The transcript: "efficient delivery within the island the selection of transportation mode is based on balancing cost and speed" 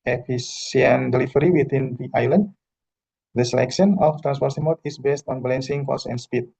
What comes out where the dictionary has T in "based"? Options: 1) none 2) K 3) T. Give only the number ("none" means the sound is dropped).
3